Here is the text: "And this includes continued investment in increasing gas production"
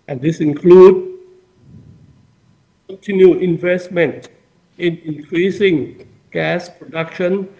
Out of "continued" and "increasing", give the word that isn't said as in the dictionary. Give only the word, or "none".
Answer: continued